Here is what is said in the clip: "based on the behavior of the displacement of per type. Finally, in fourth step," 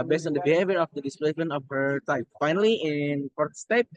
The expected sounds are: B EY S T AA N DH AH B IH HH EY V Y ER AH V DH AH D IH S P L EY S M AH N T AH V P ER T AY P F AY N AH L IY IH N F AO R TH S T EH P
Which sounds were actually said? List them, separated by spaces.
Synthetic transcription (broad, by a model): B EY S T AA N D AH B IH HH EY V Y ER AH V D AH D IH S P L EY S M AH N AH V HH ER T AY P F AY N AH L IY IH N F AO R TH S T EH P